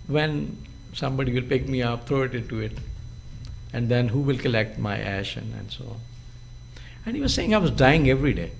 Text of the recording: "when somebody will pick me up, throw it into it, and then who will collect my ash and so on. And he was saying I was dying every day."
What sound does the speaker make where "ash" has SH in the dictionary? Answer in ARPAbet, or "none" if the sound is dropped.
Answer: SH